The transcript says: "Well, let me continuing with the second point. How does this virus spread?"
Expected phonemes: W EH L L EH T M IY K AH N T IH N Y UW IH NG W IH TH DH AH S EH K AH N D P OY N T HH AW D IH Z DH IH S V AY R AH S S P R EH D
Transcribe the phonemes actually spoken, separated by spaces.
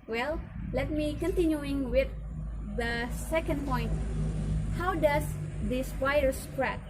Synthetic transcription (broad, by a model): W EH L L EH T M IY K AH N T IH N Y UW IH NG W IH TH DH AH S EH K AH N D P OY N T HH AW D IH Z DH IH S P AY AH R S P R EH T